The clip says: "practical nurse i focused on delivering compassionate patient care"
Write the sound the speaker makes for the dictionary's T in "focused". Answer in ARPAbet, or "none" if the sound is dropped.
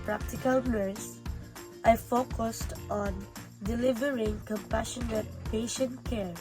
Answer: T